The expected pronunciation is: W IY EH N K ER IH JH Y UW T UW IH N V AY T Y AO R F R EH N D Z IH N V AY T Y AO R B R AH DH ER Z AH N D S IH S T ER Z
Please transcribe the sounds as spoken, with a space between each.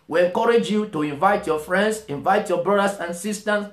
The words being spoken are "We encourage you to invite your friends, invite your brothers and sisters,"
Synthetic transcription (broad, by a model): W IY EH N K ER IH JH Y UW T UW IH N V AY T Y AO F R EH N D S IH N V AY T Y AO B R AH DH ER S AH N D S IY S T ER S